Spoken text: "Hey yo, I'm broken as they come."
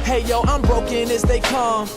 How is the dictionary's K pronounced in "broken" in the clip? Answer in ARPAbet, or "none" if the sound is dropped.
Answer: K